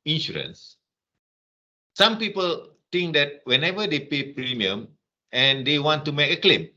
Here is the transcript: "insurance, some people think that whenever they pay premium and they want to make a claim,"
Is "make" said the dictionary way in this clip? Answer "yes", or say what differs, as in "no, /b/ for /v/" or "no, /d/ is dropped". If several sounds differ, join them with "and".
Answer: yes